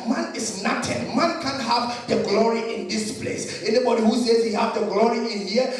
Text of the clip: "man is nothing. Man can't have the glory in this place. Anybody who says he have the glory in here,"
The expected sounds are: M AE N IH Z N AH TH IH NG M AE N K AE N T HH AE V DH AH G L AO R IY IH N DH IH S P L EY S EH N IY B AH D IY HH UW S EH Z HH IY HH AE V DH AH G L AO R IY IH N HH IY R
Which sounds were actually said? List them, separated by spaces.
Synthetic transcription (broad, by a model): M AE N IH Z N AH T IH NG M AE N K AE N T HH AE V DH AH G L AO R IY IH N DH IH S P L EY S EH N IY B AH D IY HH UW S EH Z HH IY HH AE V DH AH G L AO R IY IH N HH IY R